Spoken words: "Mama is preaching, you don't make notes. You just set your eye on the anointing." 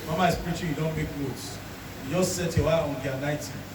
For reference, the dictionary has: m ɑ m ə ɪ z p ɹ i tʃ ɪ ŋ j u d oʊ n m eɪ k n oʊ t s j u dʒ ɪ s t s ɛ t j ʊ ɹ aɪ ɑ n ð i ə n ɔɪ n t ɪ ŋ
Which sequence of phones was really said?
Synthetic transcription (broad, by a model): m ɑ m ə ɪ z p ɹ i tʃ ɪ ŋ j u d oʊ n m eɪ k l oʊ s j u dʒ ɪ s t s ɛ t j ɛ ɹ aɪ ɑ n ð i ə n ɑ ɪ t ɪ